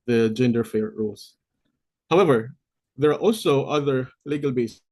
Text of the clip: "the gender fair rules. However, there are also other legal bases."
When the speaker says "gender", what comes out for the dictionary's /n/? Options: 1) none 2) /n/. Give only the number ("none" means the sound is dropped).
2